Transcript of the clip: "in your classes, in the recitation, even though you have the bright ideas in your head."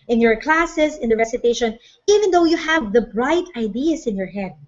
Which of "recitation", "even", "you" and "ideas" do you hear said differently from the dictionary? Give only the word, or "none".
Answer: ideas